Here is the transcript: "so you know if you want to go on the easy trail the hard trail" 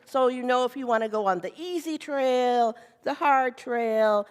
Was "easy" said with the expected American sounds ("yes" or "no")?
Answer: yes